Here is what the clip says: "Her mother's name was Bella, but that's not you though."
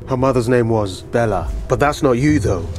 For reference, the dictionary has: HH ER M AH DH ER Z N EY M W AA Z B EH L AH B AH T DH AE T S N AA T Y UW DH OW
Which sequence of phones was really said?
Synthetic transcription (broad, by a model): HH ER M AH DH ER Z N EY M W AA Z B EH L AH B AH T DH AE T S N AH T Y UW DH OW